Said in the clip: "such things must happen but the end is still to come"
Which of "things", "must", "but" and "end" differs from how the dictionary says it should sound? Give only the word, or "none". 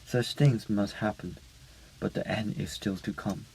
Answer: none